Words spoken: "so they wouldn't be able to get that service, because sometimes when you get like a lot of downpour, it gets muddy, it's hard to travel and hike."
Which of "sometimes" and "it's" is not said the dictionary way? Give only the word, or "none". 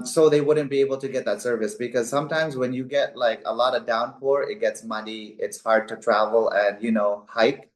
none